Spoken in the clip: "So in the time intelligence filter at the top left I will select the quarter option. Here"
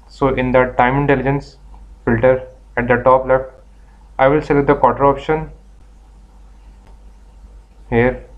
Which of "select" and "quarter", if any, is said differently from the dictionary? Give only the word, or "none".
select